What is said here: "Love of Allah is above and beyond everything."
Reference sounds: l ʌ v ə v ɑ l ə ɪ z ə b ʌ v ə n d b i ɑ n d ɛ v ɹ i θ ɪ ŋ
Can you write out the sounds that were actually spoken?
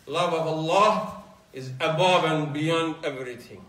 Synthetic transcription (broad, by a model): l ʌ v ə v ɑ l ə ɪ z ə b ʌ v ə n b i ɑ n d ɛ v ɹ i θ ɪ ŋ